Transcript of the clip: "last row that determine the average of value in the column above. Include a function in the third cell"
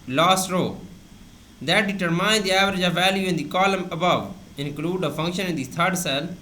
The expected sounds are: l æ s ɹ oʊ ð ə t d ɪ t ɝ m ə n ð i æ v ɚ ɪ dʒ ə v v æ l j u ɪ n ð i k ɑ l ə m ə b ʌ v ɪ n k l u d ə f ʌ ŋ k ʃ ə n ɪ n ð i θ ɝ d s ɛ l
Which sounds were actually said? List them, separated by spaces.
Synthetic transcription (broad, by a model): l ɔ s ɹ oʊ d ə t d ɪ t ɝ m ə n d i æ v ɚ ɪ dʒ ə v v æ l j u ɪ n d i k ɑ l ə m ə b ʌ v ɪ n k l u d ə f ʌ ŋ k ʃ ə n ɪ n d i t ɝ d s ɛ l